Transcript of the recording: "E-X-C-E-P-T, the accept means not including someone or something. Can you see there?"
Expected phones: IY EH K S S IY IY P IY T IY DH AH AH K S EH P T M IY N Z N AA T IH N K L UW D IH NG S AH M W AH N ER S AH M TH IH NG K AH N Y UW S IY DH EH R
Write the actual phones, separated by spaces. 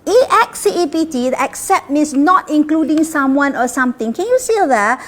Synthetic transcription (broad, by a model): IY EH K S S IY IY P IY T IY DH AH AH K S EH P T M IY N S N AA T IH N K L UW D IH NG S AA M W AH N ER S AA M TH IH NG K AH N Y UW S IY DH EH